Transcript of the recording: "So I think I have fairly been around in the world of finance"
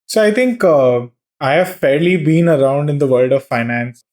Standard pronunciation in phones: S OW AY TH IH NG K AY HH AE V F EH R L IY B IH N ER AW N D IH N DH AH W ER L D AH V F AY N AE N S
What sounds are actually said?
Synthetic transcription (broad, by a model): S OW AY T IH NG K AY HH AE V F EH R L IY B IH N ER AW N D IH N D AH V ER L D AH V F AY N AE N S